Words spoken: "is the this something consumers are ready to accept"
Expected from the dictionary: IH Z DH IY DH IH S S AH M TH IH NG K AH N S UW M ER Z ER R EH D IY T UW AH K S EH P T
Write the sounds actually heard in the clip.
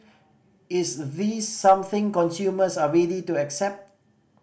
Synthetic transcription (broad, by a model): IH S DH IY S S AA M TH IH NG K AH N S UW M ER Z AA R EH D IY T UW AH K S EH P T